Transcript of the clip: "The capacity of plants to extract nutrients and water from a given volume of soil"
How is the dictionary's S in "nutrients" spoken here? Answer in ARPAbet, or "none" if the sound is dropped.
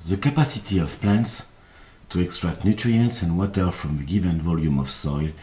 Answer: S